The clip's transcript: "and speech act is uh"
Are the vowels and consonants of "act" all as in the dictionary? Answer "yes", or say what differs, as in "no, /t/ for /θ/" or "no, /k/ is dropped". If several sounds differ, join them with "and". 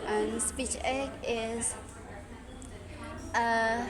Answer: no, /t/ is dropped